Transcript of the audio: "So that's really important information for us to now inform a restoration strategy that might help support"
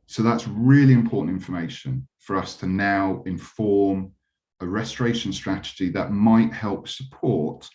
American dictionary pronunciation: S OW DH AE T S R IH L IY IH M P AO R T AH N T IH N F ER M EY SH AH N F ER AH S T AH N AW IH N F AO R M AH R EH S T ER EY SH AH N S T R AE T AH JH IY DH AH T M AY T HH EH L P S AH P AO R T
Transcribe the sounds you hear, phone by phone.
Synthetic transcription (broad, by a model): S OW DH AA T S R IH L IY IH M P AO T N T IH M F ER M EY SH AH N F ER AH S T AH N AW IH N F AO M AH R EH S T ER EY SH AH N S T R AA T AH JH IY DH AH T M AY T HH EH L P S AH P AO T